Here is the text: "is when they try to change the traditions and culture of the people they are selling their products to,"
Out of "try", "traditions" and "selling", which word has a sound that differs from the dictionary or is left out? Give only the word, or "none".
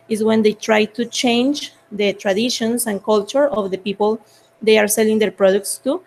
traditions